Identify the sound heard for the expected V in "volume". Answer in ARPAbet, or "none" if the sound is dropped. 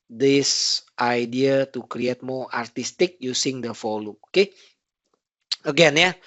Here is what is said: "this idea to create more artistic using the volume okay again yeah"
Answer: F